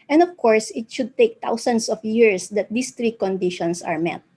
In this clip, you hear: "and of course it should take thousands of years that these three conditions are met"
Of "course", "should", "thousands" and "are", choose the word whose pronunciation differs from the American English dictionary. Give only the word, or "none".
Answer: thousands